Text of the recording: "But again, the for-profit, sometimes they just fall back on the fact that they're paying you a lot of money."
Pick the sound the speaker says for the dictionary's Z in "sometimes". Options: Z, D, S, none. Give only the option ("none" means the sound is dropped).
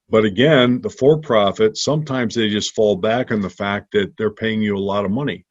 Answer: Z